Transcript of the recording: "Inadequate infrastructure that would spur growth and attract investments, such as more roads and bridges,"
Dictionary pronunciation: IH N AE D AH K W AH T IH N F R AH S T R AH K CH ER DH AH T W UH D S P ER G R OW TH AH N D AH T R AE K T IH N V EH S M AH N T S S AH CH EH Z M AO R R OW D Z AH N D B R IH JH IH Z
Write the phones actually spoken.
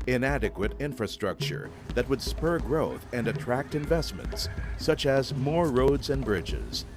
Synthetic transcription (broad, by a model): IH N AE D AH K W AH T IH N F R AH S T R AH K CH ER DH AH T W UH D S P ER G R OW TH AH N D AH T R AE K T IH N V EH S M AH N T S S AH CH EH Z M AO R R OW D Z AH N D B R IH JH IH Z